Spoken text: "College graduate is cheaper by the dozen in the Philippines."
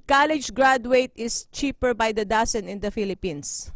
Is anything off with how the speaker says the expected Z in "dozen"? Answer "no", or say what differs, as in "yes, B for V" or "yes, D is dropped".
yes, S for Z